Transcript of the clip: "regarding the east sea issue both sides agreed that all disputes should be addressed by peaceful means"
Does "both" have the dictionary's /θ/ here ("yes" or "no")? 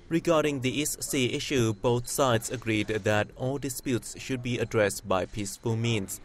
no